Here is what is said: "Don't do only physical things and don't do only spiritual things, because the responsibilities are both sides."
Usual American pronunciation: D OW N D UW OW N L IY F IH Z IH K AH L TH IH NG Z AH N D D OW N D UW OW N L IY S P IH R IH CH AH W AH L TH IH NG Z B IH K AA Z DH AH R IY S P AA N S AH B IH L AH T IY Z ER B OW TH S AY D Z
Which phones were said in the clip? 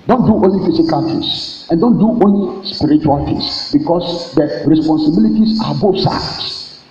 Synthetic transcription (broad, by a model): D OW N D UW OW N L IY F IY S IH K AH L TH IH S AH N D D OW N D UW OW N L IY S P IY R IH CH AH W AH L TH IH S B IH K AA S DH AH R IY S P AA N S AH B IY L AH T IY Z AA B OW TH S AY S